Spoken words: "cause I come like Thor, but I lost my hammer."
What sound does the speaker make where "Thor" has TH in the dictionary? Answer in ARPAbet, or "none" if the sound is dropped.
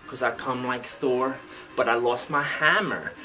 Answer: TH